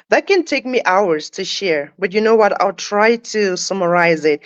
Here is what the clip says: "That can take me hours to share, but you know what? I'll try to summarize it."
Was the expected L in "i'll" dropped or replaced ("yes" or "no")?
no